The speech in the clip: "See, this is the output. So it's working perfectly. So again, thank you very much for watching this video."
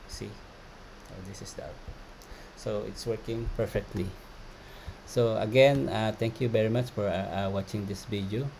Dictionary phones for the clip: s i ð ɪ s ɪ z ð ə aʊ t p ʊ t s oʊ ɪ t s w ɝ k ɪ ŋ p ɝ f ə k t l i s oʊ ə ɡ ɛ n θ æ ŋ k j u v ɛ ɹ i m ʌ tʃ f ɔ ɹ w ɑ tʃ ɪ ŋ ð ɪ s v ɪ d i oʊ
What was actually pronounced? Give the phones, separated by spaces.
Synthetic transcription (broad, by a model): s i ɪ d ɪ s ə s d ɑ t s oʊ ɪ t s w ɝ k ɪ ŋ p ɝ f ə k t l i s oʊ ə ɡ ɛ n t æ ŋ k j u v ɛ ɹ i m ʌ tʃ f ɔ ɹ w ɑ tʃ ɪ ŋ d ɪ s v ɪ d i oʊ